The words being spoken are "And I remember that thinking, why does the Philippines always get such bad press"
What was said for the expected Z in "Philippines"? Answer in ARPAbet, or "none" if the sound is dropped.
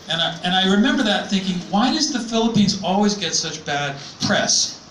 Z